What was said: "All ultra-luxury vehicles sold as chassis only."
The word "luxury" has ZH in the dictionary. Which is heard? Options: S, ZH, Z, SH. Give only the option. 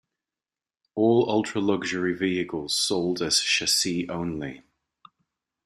ZH